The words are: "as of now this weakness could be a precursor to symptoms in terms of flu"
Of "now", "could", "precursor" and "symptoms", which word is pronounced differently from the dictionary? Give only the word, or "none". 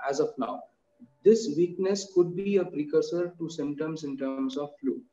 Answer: symptoms